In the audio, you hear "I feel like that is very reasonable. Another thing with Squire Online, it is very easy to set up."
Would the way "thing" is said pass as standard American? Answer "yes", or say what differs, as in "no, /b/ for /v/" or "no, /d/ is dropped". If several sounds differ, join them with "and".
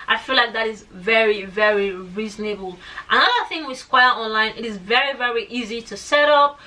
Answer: yes